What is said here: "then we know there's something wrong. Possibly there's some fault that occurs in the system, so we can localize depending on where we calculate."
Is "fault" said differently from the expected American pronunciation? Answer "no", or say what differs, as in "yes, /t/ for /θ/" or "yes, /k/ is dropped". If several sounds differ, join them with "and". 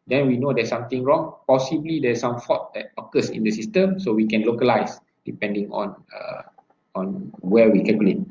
yes, /l/ is dropped